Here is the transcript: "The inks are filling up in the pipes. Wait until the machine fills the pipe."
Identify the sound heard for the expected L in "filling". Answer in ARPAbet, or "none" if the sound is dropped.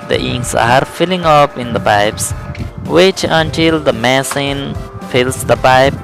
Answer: L